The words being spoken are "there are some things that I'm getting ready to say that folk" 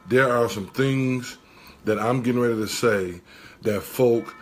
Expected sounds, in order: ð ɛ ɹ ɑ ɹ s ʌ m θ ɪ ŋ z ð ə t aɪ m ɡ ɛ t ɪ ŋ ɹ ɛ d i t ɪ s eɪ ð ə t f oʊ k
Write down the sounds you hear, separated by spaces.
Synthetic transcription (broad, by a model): ð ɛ ɹ ɑ ɹ s ʌ m θ ɪ ŋ z ð ə t aɪ m ɡ ɛ t ɪ ŋ ɹ ɛ d i t ɪ s eɪ ð ə t f oʊ k